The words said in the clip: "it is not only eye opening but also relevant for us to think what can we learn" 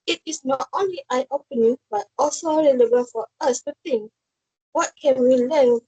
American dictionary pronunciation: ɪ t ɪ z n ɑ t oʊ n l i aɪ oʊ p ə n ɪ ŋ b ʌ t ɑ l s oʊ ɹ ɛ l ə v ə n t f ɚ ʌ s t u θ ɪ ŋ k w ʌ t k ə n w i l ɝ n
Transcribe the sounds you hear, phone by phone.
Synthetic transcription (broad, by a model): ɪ t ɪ s n ɑ t oʊ n l i aɪ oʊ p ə n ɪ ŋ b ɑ t ɑ l s oʊ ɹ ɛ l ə b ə f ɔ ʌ s t u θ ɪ ŋ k w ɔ t k ə n w i l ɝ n